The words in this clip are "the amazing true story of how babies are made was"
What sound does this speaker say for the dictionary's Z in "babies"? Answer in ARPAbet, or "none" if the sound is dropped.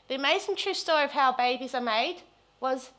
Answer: Z